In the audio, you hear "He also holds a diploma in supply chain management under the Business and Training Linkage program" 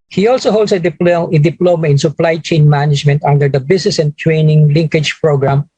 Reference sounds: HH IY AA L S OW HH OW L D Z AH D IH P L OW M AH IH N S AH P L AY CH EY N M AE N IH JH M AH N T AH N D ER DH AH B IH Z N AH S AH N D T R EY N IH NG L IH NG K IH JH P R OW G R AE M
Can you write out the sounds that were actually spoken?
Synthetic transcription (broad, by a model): HH IY AA L S OW HH OW L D S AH D IH P L OW M AH IH N S AH P L AY CH EY N M AE N IH JH M AH N T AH N D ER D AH B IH S N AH S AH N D T R EY N IH NG L IH NG K IH JH P R OW G R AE M